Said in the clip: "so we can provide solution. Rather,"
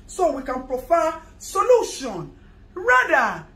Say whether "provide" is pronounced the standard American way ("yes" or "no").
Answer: no